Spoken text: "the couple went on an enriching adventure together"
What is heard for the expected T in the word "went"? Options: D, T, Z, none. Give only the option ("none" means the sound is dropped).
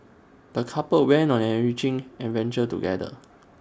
none